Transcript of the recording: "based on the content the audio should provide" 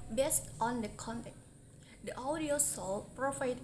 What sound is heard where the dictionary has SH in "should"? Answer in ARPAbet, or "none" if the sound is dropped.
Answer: S